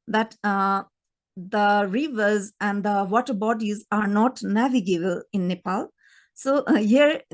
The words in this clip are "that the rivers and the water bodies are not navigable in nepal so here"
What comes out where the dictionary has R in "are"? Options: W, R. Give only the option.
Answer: R